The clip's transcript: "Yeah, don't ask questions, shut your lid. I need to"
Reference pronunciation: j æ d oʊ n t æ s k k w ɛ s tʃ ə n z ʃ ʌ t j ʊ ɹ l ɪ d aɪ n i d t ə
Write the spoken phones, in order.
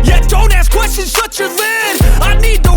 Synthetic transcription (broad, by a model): j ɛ d oʊ n t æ s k k w ɛ s tʃ ə n z s ʌ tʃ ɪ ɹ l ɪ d aɪ n i d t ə